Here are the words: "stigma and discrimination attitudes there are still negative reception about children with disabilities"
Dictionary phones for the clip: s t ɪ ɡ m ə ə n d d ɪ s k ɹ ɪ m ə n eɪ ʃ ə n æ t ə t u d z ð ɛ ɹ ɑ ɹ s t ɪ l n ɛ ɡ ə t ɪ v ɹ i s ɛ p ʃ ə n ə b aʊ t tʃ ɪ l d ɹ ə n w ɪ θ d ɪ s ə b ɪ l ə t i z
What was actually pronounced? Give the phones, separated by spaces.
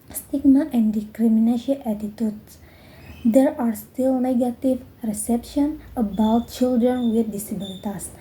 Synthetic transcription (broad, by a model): s t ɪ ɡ m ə ə n d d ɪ k ɹ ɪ m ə n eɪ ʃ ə æ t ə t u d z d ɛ ɹ ɑ ɹ s t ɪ l n ɛ ɡ ə t ɪ v ɹ i s ɛ p ʃ ə n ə b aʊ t tʃ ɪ l d ɹ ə n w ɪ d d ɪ s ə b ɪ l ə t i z